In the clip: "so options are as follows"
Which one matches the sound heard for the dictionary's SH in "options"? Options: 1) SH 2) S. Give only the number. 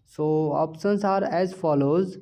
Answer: 2